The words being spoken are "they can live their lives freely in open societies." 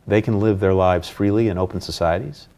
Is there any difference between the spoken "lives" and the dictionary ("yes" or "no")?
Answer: no